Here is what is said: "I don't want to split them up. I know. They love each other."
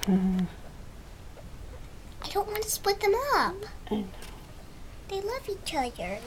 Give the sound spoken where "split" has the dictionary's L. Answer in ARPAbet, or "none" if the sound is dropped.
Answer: none